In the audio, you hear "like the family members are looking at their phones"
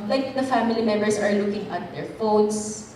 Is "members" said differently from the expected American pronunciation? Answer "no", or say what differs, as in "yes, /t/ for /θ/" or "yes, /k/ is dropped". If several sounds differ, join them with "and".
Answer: yes, /s/ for /z/